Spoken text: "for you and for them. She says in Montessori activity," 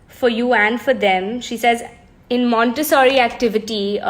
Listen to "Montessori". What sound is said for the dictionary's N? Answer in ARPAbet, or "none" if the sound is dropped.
N